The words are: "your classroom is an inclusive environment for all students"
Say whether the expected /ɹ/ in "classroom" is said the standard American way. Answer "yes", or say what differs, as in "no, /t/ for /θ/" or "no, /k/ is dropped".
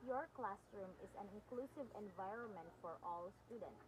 yes